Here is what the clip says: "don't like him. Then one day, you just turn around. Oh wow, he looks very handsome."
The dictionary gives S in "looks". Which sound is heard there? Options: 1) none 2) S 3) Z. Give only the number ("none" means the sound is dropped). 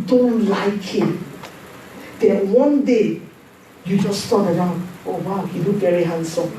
1